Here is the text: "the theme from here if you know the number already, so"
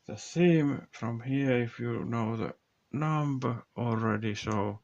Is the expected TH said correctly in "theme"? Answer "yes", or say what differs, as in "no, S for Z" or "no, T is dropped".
no, S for TH